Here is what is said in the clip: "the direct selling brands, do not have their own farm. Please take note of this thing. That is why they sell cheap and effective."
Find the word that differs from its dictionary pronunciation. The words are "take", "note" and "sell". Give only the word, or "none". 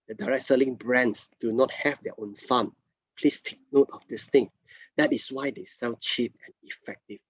sell